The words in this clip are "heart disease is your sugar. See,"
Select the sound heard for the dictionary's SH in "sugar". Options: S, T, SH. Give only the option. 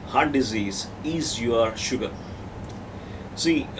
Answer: SH